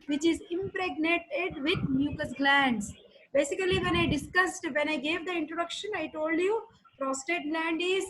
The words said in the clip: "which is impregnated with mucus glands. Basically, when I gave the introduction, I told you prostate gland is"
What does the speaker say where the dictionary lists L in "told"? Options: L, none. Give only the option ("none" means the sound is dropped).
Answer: L